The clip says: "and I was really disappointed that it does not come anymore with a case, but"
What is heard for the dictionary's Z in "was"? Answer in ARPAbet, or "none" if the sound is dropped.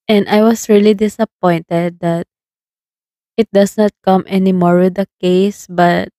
S